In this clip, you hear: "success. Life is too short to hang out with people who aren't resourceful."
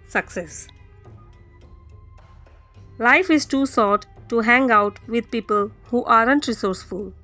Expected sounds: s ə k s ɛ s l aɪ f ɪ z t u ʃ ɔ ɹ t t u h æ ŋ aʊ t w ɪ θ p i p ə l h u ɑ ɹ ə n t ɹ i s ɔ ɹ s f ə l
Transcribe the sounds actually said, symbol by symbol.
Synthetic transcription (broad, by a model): s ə k s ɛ s l aɪ f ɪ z t u s ɔ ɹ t t u h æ ŋ aʊ t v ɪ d p i p ə l h u ɑ ɹ ə n t ɹ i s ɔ ɹ s f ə l